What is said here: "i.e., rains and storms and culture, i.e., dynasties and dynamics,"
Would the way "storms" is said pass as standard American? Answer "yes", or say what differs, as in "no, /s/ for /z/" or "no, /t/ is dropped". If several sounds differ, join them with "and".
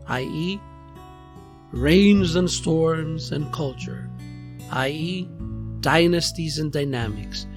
yes